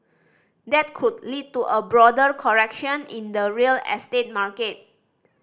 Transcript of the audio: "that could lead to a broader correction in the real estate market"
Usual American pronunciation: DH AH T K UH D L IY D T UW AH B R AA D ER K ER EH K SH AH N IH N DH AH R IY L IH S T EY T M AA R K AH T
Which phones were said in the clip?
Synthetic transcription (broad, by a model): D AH T K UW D L IY D T UW AH B R AA D ER K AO EH K SH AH N IH N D AH R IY L IH S T EY T M AA R K AH T